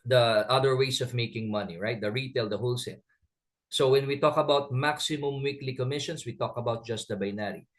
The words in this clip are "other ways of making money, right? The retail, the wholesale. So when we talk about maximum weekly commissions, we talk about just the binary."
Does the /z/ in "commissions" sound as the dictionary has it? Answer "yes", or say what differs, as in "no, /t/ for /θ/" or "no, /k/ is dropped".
no, /s/ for /z/